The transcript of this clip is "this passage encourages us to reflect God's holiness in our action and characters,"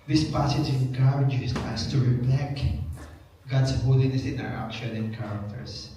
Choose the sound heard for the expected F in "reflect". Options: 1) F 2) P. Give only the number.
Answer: 2